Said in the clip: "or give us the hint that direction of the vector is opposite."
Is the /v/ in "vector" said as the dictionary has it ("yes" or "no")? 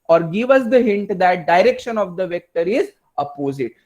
yes